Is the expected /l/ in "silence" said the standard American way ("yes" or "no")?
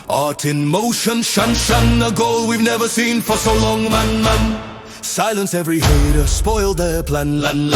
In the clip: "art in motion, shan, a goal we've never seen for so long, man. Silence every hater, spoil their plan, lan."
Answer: yes